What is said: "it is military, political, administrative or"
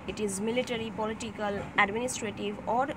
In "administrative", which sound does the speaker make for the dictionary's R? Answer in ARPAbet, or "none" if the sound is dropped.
R